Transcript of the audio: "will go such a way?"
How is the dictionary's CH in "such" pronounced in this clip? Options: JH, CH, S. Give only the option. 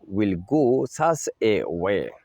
S